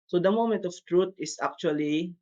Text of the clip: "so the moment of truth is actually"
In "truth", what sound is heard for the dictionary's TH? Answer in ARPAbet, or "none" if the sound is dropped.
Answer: T